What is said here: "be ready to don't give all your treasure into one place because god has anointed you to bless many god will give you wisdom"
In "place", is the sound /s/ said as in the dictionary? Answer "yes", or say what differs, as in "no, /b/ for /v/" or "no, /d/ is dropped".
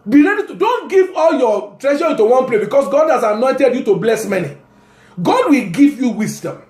no, /s/ is dropped